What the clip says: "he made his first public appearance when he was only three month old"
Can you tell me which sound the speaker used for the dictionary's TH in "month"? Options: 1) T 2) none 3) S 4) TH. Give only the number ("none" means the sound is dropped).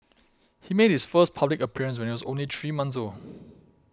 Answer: 3